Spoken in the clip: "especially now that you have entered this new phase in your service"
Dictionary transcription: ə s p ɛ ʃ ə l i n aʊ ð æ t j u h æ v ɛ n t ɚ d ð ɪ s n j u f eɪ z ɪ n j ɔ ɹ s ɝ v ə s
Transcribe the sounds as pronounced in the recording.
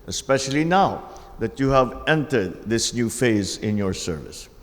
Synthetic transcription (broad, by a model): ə s p ɛ ʃ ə l i n aʊ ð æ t j u h æ v ɛ n t ɚ d ð ɪ s n j u f eɪ z ɪ n j ɔ ɹ s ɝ v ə s